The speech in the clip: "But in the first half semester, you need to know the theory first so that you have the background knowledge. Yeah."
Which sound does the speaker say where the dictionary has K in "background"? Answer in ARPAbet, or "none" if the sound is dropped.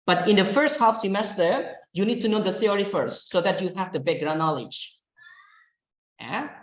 none